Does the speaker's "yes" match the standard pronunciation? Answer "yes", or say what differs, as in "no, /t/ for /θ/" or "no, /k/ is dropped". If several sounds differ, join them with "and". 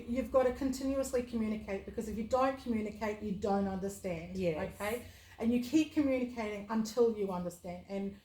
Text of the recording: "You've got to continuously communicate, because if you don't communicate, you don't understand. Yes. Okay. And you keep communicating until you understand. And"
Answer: no, /s/ is dropped